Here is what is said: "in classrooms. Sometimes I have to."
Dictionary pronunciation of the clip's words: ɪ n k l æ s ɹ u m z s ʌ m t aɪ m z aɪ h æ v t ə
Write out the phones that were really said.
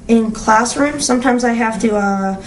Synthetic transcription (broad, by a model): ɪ n k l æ s ɹ u m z s ʌ m t aɪ m z aɪ h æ f t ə